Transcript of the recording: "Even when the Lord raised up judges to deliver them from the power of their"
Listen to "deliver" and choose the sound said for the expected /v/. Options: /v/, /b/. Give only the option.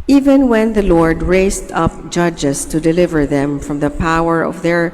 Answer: /v/